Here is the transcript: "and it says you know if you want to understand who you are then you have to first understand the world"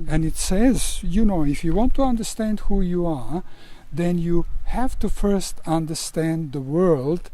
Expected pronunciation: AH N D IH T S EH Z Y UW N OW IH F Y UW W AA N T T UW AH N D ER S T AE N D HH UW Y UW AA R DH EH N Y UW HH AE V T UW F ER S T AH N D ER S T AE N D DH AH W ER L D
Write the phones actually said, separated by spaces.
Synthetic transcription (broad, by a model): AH N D IH T S EH Z Y UW N OW IH F Y UW W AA N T T UW AH N D ER S T AE N D HH UW Y UW AA R DH EH N Y UW HH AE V T UW F ER S T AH N D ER S T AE N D DH AH W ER L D